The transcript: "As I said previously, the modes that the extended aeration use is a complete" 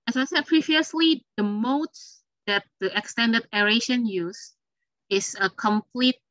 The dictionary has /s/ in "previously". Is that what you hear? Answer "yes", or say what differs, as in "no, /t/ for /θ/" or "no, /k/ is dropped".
yes